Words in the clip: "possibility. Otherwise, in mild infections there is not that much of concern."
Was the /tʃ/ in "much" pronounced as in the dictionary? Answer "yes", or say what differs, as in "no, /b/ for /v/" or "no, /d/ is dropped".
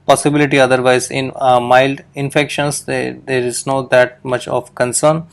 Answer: yes